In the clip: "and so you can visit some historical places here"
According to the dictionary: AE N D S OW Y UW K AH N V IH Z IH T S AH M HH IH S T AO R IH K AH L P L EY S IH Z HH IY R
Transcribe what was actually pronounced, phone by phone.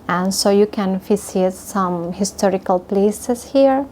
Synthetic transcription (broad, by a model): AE N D S OW Y UW K AH N F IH S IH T S AH M HH IH S T AO R IH K AH L P L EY S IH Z HH IY R